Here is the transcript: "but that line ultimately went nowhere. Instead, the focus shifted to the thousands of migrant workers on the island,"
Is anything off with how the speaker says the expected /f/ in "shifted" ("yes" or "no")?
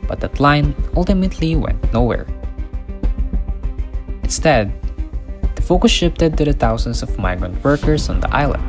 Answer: yes